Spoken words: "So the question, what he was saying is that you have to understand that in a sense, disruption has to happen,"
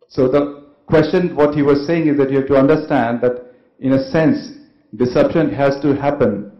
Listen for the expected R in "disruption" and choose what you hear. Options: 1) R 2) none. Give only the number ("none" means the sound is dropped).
2